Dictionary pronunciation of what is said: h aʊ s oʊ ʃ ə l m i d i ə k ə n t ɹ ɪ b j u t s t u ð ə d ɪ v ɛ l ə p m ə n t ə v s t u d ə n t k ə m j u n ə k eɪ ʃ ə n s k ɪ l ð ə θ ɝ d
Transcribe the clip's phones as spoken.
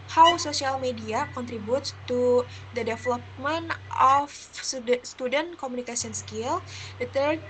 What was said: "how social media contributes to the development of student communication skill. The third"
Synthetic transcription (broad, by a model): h aʊ s oʊ s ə l m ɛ d i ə k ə n t ɹ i b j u t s t u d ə d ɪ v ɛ l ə p m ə n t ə f s t u d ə n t k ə m u n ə k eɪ s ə n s k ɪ l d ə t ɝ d